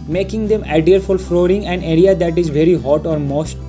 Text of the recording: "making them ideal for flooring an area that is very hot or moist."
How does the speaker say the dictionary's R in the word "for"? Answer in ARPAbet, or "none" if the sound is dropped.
L